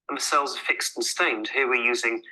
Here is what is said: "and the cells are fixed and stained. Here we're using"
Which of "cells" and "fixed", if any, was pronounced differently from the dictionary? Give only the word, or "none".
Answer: none